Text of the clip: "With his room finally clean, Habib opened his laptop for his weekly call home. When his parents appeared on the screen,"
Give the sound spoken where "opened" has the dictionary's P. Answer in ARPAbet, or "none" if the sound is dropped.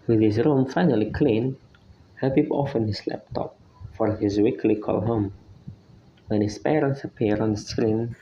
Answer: F